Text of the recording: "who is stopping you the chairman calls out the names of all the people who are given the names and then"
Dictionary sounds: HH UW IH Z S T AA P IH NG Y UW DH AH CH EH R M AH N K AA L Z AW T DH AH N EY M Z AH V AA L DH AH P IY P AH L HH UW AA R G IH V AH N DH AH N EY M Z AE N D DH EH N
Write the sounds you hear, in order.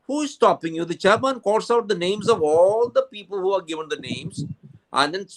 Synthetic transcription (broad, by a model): HH UW IH Z S T AA P IH NG Y UW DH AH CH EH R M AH N K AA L S AW T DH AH N EY M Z AH V AA L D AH P IY P AH L HH UW AA R G IH V AH N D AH N EY M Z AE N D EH N